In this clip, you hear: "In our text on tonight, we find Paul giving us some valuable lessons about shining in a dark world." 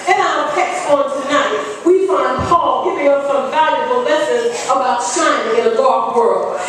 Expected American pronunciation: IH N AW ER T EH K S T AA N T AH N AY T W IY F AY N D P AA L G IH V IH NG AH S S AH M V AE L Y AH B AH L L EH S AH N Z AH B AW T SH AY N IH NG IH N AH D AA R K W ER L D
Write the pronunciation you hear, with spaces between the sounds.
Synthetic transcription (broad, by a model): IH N AW ER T EH K S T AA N T AH N AY T W IY F AY N D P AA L G IH V IH NG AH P S AH M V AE L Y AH B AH L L EH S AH Z AH B AW T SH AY IH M IH N AH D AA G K W ER L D